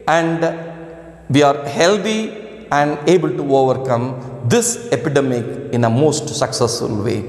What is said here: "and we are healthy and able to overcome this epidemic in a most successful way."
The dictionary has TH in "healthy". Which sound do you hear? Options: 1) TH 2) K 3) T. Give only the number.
3